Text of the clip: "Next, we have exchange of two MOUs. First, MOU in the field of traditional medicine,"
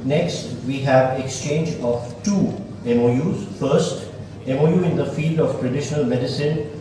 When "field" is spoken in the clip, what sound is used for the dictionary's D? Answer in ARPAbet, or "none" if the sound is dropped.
D